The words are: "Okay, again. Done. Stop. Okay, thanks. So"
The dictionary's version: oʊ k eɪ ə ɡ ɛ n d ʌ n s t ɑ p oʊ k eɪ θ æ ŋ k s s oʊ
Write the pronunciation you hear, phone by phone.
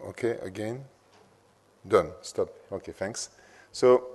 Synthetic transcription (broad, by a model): oʊ k eɪ ə ɡ ɛ n d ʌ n s t ɑ p oʊ k eɪ f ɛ ŋ k s s oʊ